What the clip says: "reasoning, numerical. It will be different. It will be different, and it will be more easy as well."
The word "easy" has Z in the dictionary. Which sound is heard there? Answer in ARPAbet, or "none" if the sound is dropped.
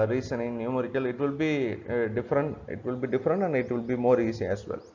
S